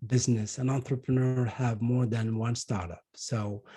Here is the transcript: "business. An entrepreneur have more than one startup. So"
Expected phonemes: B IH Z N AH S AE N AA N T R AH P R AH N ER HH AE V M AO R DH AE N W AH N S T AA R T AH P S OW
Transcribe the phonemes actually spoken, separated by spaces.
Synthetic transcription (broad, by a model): B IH Z N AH S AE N AA N T R AH P R AH N ER HH AE V M AO R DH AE N W AH N S T AA R T AH P S OW